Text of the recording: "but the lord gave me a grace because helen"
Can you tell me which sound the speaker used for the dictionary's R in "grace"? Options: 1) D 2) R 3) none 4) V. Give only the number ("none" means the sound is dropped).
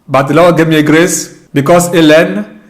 2